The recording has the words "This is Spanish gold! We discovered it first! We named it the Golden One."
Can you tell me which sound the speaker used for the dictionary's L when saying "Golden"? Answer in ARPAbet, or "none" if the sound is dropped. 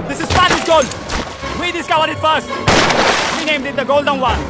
L